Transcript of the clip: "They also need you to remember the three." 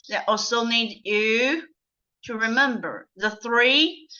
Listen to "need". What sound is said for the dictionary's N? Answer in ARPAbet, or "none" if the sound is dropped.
N